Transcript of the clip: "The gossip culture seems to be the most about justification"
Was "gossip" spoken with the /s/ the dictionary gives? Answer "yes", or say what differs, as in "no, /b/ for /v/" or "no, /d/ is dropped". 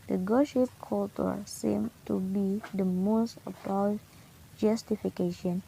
no, /ʃ/ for /s/